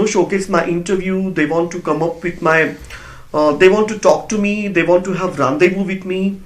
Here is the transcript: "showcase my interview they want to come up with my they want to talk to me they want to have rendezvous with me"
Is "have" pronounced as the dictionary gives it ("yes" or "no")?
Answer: yes